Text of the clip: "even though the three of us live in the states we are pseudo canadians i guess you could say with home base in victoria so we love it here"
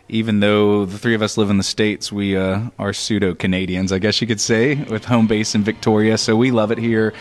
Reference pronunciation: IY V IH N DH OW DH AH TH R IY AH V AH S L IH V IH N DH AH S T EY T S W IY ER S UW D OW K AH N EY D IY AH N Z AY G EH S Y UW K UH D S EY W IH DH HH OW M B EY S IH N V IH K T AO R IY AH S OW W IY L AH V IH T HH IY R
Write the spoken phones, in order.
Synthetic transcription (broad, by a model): IY V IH N DH OW DH AH TH R IY AH V AH S L IH V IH N DH AH S T EY T S W IY ER S UW D OW K AH N EY D IY AH N Z AY G EH S Y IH K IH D S EY W IH DH HH OW M B EY S IH N V IH K T AO R IY AH S OW W IY L AH V IH T HH IY R